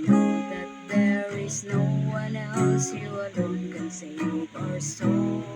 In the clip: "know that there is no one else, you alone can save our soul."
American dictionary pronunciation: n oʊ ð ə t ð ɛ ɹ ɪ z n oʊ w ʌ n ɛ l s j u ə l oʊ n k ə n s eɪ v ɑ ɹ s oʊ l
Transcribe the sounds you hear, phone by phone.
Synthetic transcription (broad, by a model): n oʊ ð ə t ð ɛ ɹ ɪ z n oʊ w ʌ n ɛ l s j u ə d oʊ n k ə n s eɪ p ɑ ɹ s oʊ